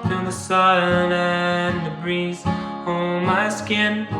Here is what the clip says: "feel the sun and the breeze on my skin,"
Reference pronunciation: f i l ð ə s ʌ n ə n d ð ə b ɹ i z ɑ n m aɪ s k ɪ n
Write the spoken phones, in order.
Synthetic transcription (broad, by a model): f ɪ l ð ə s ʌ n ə n ð ə b ɹ i z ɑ l m aɪ s k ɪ n